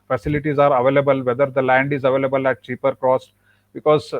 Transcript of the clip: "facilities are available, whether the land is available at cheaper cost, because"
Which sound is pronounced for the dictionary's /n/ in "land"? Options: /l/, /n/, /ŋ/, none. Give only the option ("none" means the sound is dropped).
/n/